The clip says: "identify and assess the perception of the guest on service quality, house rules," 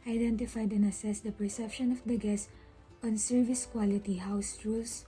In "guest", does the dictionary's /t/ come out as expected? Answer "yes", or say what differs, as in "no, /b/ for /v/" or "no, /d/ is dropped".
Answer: no, /t/ is dropped